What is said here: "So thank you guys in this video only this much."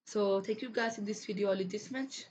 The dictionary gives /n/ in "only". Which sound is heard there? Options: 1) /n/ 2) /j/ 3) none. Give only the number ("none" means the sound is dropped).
3